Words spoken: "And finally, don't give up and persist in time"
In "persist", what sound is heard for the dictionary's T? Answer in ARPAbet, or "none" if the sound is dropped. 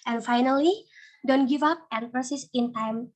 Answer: none